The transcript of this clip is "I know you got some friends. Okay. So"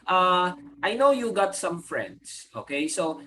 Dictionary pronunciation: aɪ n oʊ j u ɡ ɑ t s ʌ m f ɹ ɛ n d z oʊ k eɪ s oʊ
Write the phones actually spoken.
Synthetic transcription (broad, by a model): aɪ n oʊ j u ɡ ɑ t s ʌ m f ɹ ɛ n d s oʊ k eɪ s oʊ